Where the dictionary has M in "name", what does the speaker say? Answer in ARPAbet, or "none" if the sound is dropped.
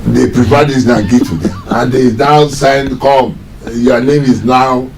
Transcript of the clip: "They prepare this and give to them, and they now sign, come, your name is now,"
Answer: M